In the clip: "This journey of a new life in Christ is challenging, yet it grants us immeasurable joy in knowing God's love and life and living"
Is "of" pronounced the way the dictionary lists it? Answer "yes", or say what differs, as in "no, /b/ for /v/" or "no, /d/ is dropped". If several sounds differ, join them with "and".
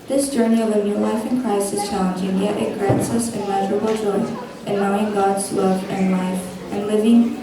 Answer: yes